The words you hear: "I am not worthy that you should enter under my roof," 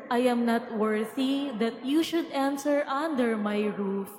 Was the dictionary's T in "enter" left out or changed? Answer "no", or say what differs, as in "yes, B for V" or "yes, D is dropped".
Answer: yes, S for T